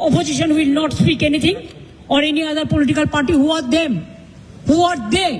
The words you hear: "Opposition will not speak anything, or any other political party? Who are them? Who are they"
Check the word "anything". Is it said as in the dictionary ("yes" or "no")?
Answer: no